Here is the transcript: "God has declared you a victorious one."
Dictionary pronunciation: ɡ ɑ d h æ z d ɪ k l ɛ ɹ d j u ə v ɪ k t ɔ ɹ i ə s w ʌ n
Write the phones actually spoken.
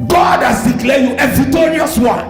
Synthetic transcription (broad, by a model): ɡ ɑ d h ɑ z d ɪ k l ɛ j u ə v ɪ t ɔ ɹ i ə s w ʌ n